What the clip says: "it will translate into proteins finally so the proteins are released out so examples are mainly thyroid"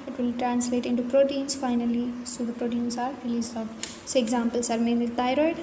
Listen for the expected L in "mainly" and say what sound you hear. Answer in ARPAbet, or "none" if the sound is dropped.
none